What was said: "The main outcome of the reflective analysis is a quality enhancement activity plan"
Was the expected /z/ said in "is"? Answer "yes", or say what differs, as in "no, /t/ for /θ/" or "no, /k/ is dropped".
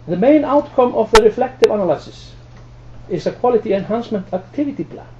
no, /s/ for /z/